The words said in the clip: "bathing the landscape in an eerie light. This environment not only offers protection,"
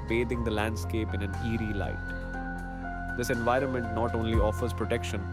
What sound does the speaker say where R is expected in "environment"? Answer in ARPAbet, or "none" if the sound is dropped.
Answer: R